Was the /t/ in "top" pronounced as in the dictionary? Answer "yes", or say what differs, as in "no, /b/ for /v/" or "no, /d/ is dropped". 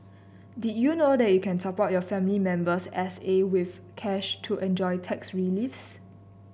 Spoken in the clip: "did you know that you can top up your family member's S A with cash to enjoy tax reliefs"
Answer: no, /s/ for /t/